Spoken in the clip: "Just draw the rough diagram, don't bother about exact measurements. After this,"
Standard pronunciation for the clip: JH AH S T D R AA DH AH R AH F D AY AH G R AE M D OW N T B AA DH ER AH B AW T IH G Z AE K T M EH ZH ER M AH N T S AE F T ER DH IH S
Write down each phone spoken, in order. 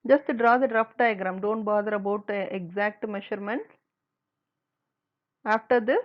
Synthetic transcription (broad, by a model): JH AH S T D R AA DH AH R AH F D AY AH G R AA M D OW N T B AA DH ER AH B AW T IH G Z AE K T M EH SH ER M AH N T AE F T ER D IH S